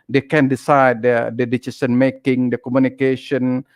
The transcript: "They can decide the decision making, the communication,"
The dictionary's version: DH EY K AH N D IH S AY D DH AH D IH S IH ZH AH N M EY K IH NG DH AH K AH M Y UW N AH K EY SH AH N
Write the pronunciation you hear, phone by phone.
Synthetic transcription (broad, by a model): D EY K AH N D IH S AY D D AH D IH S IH S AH N M EY K IH NG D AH K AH M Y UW N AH K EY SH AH N